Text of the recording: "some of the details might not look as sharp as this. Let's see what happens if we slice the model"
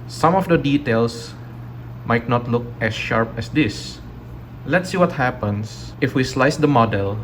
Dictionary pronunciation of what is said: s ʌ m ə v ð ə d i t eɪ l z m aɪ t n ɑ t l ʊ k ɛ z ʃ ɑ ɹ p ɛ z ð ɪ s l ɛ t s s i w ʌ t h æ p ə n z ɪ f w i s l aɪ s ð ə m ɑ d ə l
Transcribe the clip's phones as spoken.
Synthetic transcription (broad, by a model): s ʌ m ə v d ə d i t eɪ l s m aɪ t n ɑ t l ʊ k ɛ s ʃ ɑ ɹ p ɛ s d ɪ s l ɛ t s s i w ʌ t h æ p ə n s ɪ f w i s l aɪ s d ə m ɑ d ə l